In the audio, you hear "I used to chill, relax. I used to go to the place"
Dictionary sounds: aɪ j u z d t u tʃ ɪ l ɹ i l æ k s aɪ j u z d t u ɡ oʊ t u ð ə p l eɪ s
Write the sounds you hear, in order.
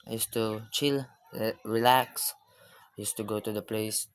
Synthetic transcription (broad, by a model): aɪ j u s t u tʃ ɪ l ɹ i l æ k s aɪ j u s t u ɡ oʊ t u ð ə p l eɪ s